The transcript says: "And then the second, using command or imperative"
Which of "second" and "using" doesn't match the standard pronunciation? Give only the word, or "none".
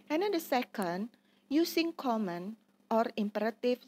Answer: using